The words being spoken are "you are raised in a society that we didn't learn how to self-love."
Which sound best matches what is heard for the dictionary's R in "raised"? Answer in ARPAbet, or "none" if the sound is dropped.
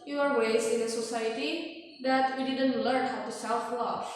W